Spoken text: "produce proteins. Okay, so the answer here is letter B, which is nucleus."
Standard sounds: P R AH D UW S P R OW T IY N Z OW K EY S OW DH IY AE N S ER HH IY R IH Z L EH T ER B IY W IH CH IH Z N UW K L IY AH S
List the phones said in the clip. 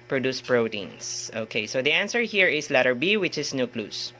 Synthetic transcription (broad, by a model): P R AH D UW S P R OW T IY N S OW K EY S OW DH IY AE N S ER HH IY R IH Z L EH T ER B IY W IH CH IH S N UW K L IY S